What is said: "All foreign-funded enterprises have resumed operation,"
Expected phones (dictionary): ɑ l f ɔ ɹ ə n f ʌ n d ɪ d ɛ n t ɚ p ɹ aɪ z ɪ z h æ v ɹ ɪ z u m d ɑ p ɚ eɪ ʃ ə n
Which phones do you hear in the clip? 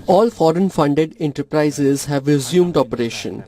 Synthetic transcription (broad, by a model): ɑ l f ɔ ɹ ə n f ʌ n d ɪ d ɛ n t ɚ p ɹ aɪ z ɪ z h æ v ɹ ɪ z u m d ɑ p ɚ eɪ ʃ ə n